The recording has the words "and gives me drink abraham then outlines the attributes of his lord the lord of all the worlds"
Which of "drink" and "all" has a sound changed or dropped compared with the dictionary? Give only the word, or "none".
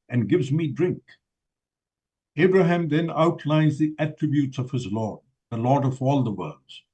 none